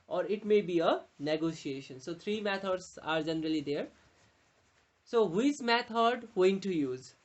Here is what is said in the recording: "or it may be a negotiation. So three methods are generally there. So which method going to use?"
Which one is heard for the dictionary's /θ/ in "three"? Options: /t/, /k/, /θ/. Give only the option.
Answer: /t/